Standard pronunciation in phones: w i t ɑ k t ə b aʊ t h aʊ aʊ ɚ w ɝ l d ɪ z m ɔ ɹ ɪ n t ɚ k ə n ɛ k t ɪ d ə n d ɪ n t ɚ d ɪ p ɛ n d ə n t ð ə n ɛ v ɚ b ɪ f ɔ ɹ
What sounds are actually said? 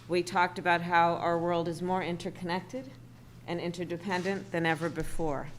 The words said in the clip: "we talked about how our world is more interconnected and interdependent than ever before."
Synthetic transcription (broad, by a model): w i t ɑ k t ə b aʊ t h aʊ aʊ ɚ w ɝ l d ɪ z m ɔ ɹ ɪ n t ɚ k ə n ɛ k t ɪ d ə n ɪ n t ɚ d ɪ p ɛ n d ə n ð ə n ɛ v ɚ b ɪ f ɔ ɹ